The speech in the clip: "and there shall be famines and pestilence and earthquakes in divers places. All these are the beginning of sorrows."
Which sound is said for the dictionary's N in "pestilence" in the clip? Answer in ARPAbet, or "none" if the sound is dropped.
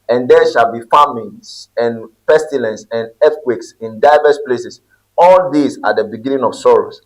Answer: N